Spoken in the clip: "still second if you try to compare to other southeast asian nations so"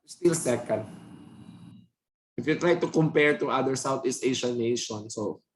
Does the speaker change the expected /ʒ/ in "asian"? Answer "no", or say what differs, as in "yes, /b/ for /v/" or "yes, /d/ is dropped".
yes, /ʃ/ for /ʒ/